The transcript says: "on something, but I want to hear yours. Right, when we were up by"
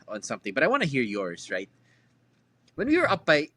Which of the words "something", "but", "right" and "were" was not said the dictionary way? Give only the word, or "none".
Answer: none